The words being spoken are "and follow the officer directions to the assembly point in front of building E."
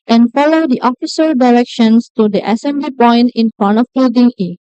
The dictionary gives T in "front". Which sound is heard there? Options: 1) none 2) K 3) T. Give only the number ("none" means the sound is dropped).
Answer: 1